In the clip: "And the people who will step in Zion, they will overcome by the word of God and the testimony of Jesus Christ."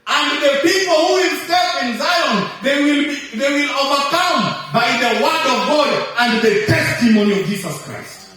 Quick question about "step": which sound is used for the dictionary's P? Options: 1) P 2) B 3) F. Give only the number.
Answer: 3